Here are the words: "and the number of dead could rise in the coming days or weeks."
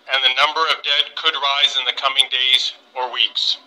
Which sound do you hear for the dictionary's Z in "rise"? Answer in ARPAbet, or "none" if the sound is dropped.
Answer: Z